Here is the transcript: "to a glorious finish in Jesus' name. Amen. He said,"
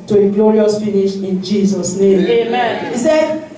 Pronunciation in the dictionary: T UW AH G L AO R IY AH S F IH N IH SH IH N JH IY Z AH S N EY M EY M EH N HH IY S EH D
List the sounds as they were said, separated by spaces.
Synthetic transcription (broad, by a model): T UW AH G L AO R IY AH S F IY N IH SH IH N JH IY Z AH S N EY M EY M EH N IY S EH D